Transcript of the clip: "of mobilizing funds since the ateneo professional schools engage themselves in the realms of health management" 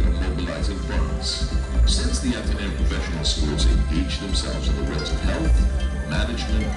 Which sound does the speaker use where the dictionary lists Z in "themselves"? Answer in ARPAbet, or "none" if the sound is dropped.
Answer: Z